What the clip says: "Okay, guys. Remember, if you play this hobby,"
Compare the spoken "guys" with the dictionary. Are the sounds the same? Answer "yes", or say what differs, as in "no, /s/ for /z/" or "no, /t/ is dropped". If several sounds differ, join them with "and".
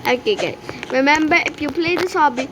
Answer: no, /z/ is dropped